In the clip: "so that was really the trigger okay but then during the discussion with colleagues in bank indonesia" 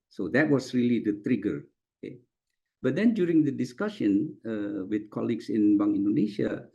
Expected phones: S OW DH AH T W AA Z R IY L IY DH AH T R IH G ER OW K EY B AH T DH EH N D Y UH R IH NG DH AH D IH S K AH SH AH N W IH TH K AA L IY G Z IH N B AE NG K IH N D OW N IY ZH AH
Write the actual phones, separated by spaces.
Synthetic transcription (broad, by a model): S OW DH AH T W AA S R IY L IY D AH T R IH G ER OW K EY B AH T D EH N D Y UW R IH NG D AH D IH S K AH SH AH N W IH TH K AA L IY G S IH N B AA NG IH N D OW N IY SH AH